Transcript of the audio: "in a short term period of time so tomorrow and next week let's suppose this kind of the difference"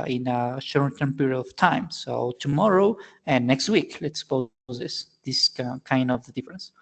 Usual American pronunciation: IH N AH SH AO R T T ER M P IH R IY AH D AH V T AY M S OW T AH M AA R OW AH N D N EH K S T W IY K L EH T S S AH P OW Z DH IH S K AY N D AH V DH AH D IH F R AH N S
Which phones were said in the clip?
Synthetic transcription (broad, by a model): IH N AH SH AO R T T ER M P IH R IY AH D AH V T AY M S OW T AH M AA R OW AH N N EH K S T W IY K L EH T S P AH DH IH S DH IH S K AY N D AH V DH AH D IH F R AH N S